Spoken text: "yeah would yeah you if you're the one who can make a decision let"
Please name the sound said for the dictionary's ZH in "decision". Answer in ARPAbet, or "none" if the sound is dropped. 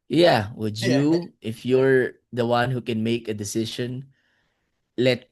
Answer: SH